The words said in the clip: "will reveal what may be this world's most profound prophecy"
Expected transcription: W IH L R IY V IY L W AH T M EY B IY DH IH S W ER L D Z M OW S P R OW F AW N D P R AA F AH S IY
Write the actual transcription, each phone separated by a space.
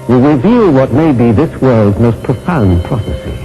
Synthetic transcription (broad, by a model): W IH R IY V IY L W AH T M EY B IY DH IH S W ER L D Z M OW S P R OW F AW N P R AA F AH S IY